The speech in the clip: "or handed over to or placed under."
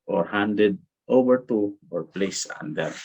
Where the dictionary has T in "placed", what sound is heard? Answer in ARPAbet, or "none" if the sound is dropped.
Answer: none